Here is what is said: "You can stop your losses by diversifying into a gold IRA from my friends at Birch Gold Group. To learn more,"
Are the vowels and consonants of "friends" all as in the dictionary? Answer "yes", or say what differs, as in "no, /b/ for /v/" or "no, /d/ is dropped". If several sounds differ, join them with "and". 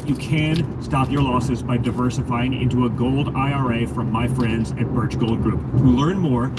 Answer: yes